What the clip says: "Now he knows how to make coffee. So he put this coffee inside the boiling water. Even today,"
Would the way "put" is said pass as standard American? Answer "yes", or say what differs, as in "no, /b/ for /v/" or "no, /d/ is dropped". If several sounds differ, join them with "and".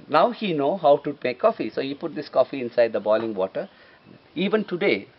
yes